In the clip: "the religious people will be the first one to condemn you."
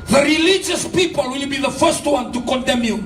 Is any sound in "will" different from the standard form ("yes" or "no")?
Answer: no